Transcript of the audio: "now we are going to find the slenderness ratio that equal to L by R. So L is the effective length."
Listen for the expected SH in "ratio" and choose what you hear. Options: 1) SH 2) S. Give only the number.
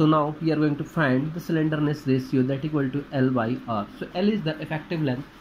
2